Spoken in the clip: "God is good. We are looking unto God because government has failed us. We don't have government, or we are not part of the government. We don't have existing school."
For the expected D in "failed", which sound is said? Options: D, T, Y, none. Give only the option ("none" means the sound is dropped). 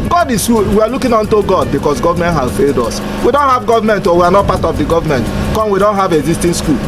D